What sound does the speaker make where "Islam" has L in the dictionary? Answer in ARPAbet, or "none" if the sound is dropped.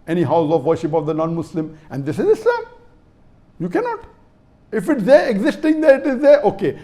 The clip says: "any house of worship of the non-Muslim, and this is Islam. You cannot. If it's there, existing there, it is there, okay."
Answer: none